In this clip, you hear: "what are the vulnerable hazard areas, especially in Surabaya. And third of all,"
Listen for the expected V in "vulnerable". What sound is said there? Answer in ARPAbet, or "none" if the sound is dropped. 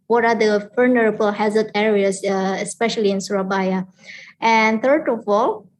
F